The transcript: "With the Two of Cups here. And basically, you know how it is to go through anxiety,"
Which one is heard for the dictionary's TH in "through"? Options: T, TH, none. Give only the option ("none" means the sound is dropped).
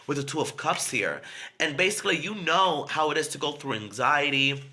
TH